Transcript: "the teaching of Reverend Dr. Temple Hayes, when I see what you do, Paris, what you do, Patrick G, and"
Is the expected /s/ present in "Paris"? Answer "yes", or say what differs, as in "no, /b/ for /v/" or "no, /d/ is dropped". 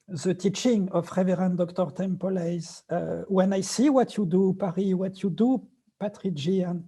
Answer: no, /s/ is dropped